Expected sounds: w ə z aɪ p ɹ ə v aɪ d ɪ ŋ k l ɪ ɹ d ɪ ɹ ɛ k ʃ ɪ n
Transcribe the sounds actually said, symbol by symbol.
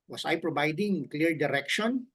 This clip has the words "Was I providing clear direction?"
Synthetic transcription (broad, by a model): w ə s aɪ p ɹ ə b aɪ d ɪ ŋ k l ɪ ɹ d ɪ ɹ ɛ k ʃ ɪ n